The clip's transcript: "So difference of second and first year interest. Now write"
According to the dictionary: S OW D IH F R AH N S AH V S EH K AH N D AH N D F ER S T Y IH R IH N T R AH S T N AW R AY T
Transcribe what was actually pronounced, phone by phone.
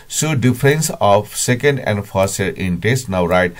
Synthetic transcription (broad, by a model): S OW D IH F R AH N S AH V S EH K AH N D AH N D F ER T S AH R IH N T AH S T N AW R AY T